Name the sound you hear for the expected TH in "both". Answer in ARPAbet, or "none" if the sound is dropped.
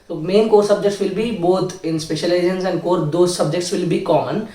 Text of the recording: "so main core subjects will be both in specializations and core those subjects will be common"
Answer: T